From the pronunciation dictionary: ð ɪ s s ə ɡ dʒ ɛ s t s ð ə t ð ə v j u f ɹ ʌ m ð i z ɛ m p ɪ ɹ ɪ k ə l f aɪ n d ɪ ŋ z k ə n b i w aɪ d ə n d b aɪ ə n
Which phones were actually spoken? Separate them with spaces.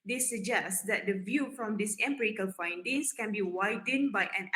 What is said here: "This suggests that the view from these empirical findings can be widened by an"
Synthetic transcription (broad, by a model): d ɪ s s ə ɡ dʒ ɛ s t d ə t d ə v j u f ɹ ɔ m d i s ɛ m p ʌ ɹ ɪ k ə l f aɪ n d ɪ ŋ s k ə n b i w aɪ d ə n b aɪ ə n